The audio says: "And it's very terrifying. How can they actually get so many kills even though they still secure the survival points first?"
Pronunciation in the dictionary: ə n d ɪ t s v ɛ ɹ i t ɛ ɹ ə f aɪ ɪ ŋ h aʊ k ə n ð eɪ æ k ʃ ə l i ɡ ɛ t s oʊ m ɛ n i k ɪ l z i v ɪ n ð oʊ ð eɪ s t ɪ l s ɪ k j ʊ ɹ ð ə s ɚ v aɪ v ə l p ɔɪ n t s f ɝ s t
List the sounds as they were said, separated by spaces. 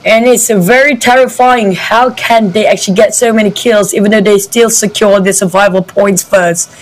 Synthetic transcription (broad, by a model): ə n ɪ t s v ɛ ɹ i t ɛ ɹ ə f aɪ ɪ ŋ h aʊ k ə n ð eɪ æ k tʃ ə l i ɡ ɛ t s oʊ m ɛ n i k ɪ l z i v ɪ n ð oʊ ð eɪ s t ɪ l s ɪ k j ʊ ɹ ð ə s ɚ v aɪ v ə l p ɔɪ n t s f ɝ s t